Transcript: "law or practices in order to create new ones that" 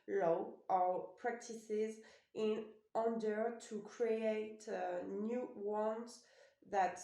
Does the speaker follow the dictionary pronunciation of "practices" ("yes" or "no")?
yes